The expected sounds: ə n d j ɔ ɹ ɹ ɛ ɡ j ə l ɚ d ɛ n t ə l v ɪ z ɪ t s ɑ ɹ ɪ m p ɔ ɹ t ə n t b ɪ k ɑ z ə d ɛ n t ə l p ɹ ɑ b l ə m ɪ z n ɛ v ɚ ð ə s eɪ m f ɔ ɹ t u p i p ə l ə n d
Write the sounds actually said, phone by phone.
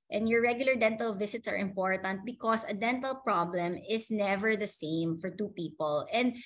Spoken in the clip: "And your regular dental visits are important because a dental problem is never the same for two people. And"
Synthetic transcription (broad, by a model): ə n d j ɔ ɹ ɹ ɛ ɡ j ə l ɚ d ɛ n t ə l v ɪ s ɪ t s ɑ ɹ ɪ m p ɔ ɹ t ə n t b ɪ k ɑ s ə d ɛ n t ə l p ɹ ɑ b l ə m ɪ s n ɛ v ɚ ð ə s eɪ m f ɔ ɹ t u p i p ə l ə n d